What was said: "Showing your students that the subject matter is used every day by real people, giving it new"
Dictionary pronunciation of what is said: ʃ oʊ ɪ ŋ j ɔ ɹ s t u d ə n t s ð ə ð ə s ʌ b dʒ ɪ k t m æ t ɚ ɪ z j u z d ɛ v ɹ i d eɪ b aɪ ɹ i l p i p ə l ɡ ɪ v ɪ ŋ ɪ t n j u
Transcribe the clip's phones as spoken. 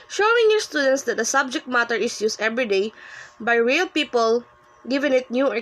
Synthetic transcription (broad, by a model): ʃ oʊ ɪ ŋ j ɔ ɹ s t u d ə n t s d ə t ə s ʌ b dʒ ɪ k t m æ t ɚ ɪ s j u s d ɛ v ɹ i d eɪ b aɪ ɹ i l p i p ə l ɡ ɪ v ɪ ŋ ɪ t n j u